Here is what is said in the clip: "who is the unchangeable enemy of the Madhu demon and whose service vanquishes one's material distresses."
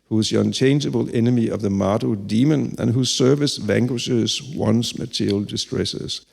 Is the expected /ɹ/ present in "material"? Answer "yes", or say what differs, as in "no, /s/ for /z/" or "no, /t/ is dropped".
no, /ɹ/ is dropped